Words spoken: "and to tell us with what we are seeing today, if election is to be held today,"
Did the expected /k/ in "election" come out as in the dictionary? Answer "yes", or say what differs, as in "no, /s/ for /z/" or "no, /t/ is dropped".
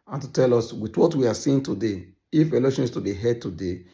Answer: no, /k/ is dropped